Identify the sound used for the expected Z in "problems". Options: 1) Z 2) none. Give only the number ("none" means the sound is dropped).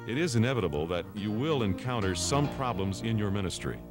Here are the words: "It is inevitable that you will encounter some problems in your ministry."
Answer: 1